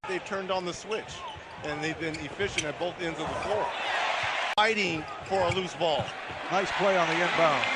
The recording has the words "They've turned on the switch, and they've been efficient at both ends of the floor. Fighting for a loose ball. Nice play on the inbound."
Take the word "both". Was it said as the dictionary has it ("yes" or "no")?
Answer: yes